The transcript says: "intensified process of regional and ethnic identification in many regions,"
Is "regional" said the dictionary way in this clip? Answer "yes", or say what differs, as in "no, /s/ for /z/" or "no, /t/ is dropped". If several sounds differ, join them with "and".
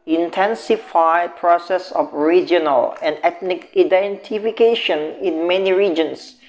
yes